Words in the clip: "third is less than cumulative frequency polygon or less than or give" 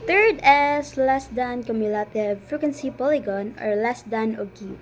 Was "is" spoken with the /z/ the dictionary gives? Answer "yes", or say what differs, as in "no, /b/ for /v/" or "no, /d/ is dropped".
no, /s/ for /z/